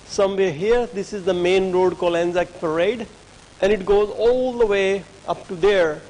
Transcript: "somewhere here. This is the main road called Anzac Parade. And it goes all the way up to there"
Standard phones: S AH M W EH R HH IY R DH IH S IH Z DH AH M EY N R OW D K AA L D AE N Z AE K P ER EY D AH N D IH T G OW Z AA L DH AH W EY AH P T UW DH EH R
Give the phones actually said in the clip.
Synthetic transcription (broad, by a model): S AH M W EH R HH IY R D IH S IH Z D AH M EY N R OW D K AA L AE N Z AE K P ER EY D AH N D IH T G OW Z AA L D AH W EY AH P T UW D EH R